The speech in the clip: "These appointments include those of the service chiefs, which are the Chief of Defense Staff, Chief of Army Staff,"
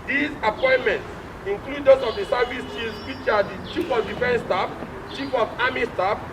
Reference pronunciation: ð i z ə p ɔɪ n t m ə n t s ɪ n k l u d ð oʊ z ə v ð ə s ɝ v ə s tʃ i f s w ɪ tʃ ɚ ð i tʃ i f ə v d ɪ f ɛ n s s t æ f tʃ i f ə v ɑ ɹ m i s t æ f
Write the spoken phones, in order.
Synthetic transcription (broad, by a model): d i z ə p ɔɪ n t m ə n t s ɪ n k l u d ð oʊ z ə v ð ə s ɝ v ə s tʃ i s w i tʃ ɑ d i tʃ i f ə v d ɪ f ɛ n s s t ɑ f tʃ i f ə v ɑ m i s t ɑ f